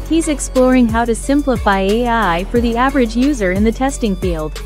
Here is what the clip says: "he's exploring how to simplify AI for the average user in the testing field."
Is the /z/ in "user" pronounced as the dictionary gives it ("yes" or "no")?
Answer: yes